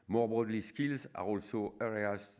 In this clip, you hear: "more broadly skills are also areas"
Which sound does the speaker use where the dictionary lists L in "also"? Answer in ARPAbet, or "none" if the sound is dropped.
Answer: L